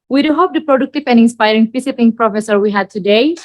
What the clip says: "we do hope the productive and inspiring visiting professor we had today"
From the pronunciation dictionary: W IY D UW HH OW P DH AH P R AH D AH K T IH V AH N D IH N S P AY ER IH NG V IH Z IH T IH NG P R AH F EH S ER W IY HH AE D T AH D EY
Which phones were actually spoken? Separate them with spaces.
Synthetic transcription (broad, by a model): W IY D UW HH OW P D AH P R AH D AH K T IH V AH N IH N S P AY ER IH NG F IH S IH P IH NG P R AH F EH S ER W IY HH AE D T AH D EY